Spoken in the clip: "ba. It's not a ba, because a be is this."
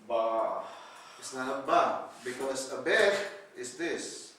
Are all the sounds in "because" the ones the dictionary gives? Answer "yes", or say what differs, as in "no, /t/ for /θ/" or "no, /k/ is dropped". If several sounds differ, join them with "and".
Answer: no, /s/ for /z/